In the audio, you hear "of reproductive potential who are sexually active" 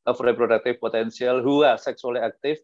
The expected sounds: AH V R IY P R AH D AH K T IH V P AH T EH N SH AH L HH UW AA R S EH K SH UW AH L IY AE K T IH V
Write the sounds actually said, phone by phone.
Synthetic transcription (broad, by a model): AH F R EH P R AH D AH K T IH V P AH T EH N S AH L HH UW AA R S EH K S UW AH L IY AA K T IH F